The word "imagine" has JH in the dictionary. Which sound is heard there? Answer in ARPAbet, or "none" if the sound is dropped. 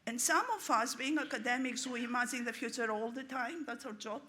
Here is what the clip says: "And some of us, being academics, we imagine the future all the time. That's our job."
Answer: Z